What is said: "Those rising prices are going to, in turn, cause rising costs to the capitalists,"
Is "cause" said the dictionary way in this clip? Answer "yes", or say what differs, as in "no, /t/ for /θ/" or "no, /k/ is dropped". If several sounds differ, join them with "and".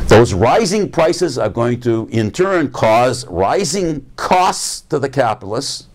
yes